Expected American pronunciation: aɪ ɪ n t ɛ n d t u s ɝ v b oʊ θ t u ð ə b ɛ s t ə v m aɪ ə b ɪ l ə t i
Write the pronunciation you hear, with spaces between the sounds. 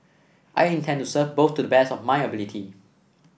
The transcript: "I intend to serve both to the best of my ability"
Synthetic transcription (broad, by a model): aɪ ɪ n t ɛ n t u s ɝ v b oʊ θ t u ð ə b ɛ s ə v m aɪ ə b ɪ l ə t i